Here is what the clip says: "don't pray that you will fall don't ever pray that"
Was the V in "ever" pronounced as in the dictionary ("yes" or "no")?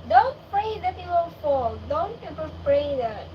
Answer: no